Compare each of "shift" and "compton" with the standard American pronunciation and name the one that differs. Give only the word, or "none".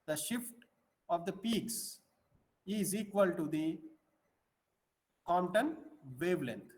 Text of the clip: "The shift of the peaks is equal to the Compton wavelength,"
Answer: compton